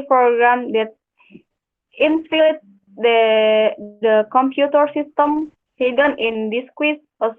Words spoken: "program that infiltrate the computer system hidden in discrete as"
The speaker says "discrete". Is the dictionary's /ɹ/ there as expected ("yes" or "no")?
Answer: no